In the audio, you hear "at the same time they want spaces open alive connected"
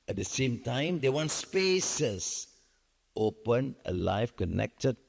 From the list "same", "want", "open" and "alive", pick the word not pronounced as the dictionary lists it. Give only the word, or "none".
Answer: alive